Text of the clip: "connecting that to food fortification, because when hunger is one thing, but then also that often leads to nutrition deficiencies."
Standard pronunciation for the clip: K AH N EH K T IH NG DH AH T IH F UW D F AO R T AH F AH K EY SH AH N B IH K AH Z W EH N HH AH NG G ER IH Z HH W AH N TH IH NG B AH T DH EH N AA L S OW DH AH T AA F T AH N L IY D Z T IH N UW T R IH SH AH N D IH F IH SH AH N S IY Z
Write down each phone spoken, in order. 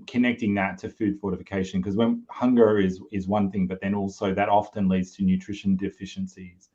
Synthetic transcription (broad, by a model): K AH N EH K T IH NG DH AH T IH F UW D F AO R T AH F AH K EY SH AH N K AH Z W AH N HH AH NG G ER IH Z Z W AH N TH IH NG B AH T DH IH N AA L S OW DH AH T AA F T AH N L IY D Z T IH N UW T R IH SH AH N D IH F IH SH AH N S IY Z